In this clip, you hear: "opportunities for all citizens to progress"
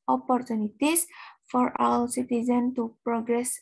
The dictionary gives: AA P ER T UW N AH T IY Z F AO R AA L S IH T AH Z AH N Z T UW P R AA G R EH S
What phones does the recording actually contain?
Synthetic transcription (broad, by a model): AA P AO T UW N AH T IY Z F AO R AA W S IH T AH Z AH N T UW P R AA G R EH S